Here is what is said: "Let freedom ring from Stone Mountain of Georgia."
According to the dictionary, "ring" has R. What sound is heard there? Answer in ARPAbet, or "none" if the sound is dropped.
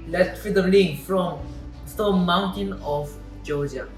L